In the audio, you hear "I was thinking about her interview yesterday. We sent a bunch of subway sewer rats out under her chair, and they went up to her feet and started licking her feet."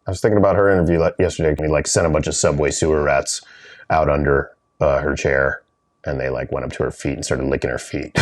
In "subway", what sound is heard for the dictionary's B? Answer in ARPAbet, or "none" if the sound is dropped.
B